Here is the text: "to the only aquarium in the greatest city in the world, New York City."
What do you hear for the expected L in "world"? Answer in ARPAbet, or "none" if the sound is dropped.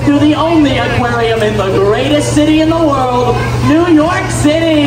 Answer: L